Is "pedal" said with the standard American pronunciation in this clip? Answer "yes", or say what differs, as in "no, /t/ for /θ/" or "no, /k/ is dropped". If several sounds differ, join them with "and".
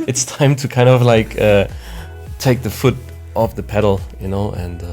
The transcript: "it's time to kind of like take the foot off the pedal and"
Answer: no, /n/ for /l/